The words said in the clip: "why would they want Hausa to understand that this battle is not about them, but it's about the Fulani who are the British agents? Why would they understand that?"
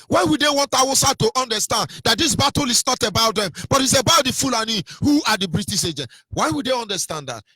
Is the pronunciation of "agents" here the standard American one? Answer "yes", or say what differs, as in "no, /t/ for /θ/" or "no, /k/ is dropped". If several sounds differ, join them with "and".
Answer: no, /s/ is dropped